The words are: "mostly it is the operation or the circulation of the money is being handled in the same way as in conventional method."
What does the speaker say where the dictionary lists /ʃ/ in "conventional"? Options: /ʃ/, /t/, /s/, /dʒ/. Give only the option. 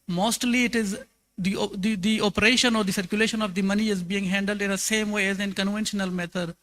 /ʃ/